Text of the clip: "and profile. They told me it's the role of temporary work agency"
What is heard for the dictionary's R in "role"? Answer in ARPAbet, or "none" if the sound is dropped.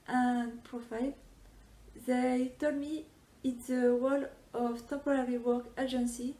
W